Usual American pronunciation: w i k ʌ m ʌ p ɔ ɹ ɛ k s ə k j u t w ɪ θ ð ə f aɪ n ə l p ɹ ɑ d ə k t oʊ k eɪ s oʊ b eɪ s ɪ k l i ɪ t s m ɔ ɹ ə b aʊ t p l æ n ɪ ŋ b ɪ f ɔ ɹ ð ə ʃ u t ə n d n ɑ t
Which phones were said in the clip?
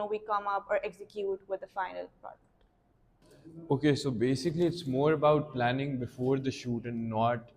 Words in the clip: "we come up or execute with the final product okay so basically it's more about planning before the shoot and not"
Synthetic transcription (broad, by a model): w i k ʌ m ʌ p ɔ ɹ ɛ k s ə k j u t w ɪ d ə f aɪ n ə l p ɑ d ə t oʊ k eɪ s oʊ b eɪ s ɪ k l i ɪ t s m ɔ ɹ ə b aʊ t p l æ n ɪ ŋ b ɪ f ɔ ɹ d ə ʃ u t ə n n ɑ t